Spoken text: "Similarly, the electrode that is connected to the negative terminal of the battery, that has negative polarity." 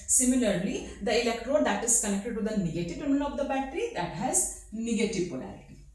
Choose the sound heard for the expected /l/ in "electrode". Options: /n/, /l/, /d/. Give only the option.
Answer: /l/